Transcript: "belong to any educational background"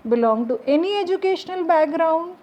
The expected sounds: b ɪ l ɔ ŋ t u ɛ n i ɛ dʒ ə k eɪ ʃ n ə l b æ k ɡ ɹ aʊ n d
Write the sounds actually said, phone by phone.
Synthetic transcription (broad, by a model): b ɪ l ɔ ŋ t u ɛ n i ɛ dʒ ə k eɪ ʃ n ə l b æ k ɡ ɹ aʊ n d